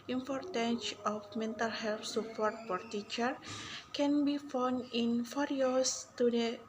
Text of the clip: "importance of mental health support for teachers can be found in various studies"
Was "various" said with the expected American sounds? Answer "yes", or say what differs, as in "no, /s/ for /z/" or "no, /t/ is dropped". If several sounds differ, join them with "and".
no, /f/ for /v/